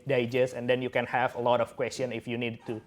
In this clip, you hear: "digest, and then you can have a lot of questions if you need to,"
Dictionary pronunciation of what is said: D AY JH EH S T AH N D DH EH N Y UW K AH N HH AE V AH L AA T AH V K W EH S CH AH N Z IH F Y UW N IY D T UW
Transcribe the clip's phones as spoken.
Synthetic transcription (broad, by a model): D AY JH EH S AH N D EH N Y UW K AH N HH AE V AH L AA T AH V K W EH S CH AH N IH F Y UW N IY D T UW